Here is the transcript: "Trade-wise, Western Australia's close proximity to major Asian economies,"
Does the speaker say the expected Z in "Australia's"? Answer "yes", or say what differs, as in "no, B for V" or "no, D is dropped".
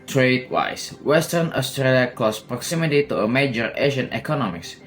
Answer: no, Z is dropped